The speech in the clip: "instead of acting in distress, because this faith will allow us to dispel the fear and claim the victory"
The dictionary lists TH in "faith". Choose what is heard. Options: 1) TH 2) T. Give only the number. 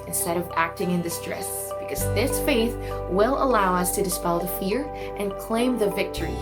1